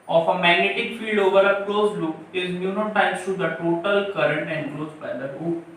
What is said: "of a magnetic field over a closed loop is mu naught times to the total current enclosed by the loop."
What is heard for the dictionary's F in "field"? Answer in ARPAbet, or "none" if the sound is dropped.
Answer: F